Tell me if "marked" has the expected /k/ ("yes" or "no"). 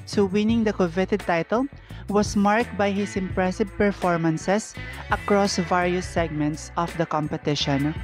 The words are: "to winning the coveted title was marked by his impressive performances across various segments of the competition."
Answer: yes